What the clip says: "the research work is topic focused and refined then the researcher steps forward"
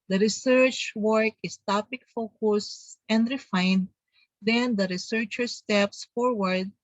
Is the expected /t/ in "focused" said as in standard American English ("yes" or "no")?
no